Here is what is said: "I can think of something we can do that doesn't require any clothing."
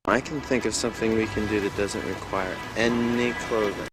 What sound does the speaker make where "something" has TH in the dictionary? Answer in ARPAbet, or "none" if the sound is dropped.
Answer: TH